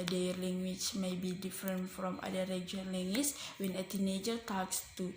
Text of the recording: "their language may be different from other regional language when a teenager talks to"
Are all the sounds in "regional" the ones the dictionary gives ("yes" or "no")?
no